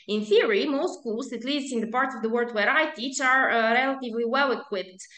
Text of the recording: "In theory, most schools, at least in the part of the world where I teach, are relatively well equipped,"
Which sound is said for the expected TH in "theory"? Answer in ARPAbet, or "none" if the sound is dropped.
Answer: TH